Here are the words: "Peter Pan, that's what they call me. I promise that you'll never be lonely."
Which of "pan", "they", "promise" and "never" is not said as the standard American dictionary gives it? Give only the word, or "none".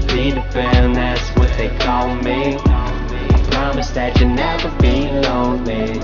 pan